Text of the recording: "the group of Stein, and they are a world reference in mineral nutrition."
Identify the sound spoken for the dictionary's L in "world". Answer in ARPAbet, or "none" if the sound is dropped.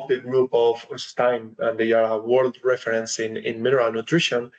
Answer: L